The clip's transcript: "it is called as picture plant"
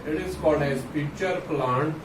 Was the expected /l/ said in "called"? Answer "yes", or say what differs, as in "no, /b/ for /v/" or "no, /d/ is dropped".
no, /l/ is dropped